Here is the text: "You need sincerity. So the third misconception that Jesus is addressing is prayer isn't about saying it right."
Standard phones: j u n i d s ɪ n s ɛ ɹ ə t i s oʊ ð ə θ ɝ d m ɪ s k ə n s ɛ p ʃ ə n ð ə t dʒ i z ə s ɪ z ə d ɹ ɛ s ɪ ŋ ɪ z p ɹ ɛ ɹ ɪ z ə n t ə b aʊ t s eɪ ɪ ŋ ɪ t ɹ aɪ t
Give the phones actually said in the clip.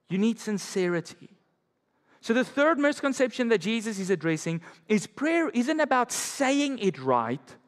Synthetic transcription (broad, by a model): j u n i d s ɪ n s ɛ ɹ ə t i s oʊ ð ə θ ɝ d m ɪ s k ə n s ɛ p ʃ ə n ð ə t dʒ i z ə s ɪ z ə d ɹ ɛ s ɪ ŋ ɪ z p ɹ ɛ ɹ ɪ z ə n t ə b aʊ t s eɪ ɪ ŋ ɪ t ɹ aɪ t